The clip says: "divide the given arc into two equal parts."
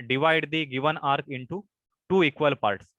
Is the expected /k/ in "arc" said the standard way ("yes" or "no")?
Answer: yes